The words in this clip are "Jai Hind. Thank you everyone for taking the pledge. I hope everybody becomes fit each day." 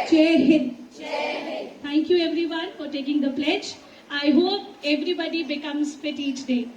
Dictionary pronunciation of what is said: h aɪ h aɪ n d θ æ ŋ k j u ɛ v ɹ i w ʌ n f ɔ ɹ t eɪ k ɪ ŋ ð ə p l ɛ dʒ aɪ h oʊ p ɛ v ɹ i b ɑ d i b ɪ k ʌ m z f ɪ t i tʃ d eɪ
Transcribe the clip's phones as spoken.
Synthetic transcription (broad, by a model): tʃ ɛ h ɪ d t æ ŋ k j u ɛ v ɹ i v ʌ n f ɔ ɹ t eɪ k ɪ ŋ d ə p l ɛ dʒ aɪ h oʊ p ɛ v ɹ i b ɑ d i b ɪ k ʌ m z f ɪ t i tʃ d eɪ